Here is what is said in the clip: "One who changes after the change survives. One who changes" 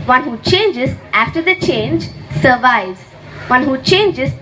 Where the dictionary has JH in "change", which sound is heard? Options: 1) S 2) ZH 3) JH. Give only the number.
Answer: 3